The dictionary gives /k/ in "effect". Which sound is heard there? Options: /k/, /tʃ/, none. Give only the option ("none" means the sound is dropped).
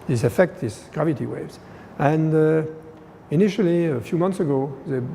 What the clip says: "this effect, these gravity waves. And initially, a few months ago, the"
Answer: /k/